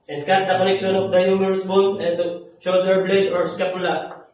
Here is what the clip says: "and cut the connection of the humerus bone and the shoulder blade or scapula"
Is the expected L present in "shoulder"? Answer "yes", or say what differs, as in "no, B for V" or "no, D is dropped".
no, L is dropped